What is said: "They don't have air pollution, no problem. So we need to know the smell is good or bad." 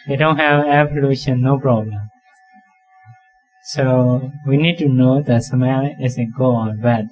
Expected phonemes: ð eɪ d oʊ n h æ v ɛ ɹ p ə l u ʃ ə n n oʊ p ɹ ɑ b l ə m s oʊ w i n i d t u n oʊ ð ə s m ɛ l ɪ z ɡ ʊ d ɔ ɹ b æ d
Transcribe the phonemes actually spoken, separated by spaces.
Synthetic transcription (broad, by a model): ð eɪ d oʊ n h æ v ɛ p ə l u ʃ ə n n oʊ p ɹ ɑ b l ə m s oʊ w i n i d t u n oʊ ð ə s m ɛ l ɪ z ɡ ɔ ɔ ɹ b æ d